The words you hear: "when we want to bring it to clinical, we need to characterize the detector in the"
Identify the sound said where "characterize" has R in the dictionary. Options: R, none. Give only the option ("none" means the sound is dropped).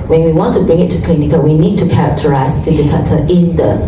none